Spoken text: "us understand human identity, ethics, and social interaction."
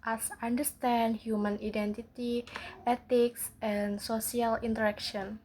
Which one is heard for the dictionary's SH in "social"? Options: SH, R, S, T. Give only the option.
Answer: S